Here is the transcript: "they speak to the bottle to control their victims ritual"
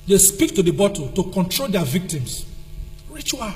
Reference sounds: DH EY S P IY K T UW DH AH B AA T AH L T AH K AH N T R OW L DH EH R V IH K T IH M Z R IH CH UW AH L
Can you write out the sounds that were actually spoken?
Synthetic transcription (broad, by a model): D EY S P IY K T UW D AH B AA T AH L T AH K AH N T R OW L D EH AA V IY K T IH M S R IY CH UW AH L